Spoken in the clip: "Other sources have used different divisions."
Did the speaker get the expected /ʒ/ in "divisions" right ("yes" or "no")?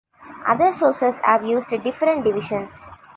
no